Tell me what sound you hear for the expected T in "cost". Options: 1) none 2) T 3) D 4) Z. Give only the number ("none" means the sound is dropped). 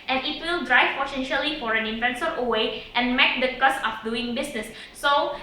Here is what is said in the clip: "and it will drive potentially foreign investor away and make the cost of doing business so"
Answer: 1